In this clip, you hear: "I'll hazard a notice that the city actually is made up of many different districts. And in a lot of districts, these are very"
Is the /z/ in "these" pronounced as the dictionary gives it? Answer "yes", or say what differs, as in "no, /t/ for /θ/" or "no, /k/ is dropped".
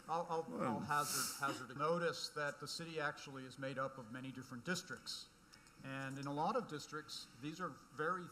yes